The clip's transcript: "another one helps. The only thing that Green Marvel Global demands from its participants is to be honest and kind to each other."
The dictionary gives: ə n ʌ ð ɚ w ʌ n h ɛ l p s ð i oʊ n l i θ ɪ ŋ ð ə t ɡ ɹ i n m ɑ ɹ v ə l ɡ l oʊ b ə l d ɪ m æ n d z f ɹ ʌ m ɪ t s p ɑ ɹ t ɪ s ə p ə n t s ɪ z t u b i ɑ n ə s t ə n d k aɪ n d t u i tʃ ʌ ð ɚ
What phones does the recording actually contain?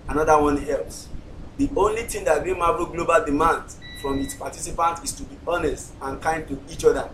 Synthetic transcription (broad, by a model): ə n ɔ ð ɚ w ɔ n ɛ l s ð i oʊ n l i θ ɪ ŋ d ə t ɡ i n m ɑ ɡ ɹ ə ɡ l oʊ b ə l d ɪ m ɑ n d f ɹ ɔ m ɪ t s p ɑ t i s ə p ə n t ɪ s t u b i ɑ n ə s t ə n k aɪ n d t u i tʃ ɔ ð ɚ